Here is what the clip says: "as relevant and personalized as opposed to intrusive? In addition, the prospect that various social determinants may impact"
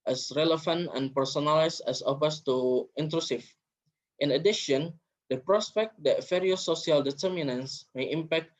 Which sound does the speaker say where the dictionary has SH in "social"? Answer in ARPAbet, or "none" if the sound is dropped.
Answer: none